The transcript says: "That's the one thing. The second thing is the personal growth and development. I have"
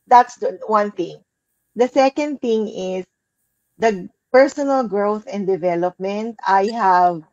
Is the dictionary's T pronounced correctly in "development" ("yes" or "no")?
yes